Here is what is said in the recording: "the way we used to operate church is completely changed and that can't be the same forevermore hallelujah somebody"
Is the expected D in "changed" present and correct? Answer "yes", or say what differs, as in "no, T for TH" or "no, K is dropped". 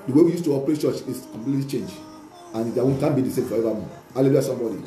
no, D is dropped